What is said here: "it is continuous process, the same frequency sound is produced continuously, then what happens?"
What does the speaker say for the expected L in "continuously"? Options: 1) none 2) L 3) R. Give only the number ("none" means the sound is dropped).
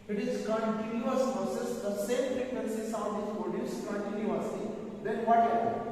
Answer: 1